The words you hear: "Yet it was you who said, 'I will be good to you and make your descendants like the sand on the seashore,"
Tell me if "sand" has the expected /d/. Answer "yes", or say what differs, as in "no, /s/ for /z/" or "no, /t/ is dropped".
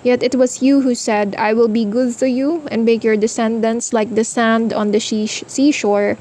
yes